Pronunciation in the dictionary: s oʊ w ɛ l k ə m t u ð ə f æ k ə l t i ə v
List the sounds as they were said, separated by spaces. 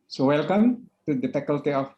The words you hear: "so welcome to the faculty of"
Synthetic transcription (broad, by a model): s oʊ w ɛ l k ə m t u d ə p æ k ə l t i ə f